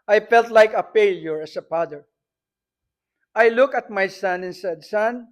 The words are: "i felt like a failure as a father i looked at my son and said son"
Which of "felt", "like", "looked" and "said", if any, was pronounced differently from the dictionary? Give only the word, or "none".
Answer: looked